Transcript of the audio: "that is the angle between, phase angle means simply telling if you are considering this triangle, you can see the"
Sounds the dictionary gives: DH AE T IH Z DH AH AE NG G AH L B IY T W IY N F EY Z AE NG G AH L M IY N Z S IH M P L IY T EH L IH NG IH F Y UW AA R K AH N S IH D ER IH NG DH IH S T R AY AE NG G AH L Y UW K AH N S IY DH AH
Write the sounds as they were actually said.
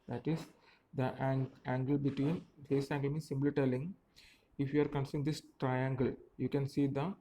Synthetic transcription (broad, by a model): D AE T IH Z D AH AE NG G AH L B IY T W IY N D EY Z AE NG G AH L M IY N S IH M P L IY T EH L IH NG IH F Y UW AA R K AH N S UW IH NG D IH S T R AY AE NG G AH L Y UW K AH N S IY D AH